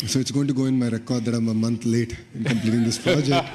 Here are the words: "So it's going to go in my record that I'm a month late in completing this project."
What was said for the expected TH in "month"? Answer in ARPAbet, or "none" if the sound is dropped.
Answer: T